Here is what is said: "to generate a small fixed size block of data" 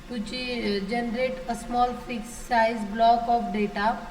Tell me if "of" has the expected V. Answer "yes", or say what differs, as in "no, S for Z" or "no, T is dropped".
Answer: no, P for V